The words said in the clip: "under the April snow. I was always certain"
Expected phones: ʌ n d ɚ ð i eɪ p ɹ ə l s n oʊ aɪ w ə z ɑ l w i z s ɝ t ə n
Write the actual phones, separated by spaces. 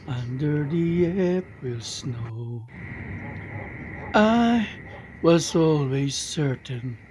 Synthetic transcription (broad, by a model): ʌ n d ɚ ð i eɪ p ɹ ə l s n oʊ aɪ w ə z ɑ l w i z s ɝ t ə n